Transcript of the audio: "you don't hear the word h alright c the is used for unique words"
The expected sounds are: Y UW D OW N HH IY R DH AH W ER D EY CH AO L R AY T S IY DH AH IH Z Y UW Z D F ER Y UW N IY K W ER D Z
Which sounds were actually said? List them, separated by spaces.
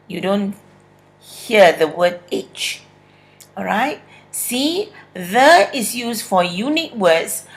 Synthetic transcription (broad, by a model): Y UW D OW N HH IY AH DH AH W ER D EY CH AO R AY T S IY DH AH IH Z Y UW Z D F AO Y UW N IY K W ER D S